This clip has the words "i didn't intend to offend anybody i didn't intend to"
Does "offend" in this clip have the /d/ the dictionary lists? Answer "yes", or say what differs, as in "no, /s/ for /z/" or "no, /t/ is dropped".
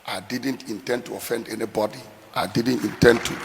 yes